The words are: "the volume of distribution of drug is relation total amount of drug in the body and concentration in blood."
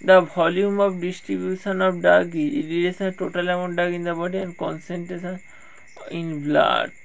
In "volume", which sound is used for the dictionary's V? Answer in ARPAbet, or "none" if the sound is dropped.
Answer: B